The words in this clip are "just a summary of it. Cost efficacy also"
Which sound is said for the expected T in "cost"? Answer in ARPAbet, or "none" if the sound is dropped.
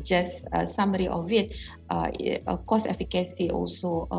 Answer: none